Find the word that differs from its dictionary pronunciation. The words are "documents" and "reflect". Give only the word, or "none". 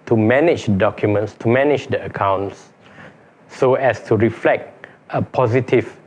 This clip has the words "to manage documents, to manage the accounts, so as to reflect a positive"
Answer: none